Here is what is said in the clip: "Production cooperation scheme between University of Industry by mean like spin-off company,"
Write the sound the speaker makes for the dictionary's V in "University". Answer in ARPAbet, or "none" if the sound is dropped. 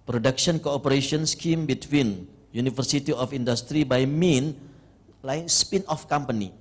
F